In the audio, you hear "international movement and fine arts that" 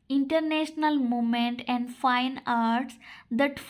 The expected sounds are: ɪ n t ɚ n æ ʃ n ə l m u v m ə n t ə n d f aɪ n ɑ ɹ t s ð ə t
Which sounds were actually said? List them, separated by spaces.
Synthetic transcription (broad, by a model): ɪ n t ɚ n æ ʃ n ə l m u m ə n t ə n d f aɪ n ɑ ɹ t s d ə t